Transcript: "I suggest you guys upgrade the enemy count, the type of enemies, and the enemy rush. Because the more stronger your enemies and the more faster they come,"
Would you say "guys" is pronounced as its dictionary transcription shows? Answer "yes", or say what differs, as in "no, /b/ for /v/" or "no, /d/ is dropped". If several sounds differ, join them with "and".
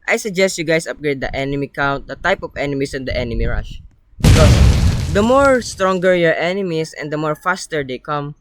no, /s/ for /z/